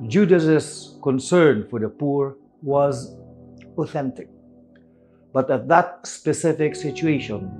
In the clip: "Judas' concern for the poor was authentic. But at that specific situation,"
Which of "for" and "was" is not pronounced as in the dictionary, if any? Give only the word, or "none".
none